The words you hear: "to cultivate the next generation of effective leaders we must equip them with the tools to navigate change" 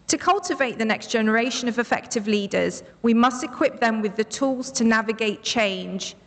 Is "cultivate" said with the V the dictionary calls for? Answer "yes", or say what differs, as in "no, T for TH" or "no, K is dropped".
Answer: yes